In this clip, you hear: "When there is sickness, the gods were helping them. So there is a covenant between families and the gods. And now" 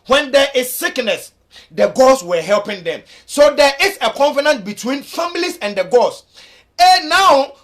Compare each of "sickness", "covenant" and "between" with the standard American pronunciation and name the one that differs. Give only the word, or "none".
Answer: covenant